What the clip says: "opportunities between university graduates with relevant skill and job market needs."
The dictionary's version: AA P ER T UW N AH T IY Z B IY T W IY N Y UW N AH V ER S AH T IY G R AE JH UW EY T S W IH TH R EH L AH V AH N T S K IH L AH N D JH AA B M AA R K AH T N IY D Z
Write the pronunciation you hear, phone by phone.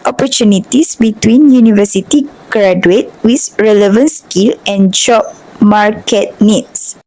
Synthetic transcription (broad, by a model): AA P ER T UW N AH T IY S B IY T W IY N Y UW N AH V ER S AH T IY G R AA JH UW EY T W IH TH R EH L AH V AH N S K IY L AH N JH AA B M AA R K AH T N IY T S